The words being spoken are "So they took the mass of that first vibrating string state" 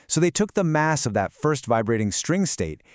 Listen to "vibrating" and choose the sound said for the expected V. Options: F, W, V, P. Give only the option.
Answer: V